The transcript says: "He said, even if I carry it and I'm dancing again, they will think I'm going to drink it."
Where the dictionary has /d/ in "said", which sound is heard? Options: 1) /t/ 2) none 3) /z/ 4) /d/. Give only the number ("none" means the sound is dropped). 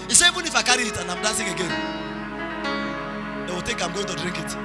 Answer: 2